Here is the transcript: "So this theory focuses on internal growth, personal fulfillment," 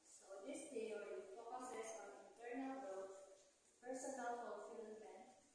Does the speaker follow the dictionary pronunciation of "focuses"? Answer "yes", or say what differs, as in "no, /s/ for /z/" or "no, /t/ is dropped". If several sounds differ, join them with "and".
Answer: no, /s/ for /z/